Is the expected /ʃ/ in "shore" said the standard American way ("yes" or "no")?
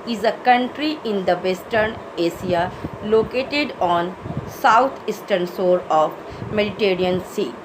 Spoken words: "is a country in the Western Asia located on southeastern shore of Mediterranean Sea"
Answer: no